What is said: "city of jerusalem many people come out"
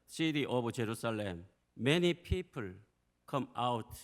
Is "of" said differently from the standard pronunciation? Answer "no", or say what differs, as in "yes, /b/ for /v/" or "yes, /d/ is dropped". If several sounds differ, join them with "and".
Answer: yes, /b/ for /v/